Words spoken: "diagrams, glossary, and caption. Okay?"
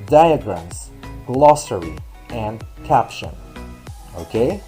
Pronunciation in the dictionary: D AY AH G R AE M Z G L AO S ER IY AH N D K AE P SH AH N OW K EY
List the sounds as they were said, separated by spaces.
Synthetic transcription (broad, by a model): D AY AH G R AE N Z G L AO S ER IY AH N K AE P SH AH N OW K EY